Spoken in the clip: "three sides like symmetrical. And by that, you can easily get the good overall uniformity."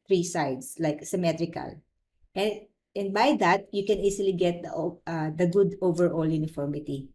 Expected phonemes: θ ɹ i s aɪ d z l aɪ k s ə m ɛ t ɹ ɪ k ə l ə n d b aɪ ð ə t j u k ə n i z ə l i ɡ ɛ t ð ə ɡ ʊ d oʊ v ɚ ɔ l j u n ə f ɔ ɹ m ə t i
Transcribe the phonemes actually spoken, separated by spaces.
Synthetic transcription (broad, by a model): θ ɹ i s aɪ d s l aɪ k s ə m ɛ t ɹ ɪ k ə l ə n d b aɪ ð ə t j u k ə n i s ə l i ɡ ɛ t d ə ɡ ʊ d oʊ v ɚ ɔ l j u n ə f ɔ ɹ m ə t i